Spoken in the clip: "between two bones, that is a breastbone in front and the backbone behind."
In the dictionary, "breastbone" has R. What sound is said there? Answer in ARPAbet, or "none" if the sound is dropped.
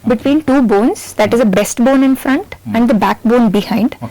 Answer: none